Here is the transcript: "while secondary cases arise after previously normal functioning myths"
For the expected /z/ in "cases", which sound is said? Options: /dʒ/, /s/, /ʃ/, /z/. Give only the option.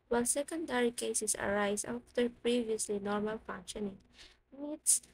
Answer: /s/